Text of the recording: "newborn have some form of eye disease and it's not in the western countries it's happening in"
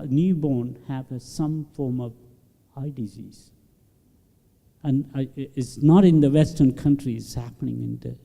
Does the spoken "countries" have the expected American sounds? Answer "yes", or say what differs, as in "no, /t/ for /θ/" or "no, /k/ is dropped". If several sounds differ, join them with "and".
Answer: no, /z/ is dropped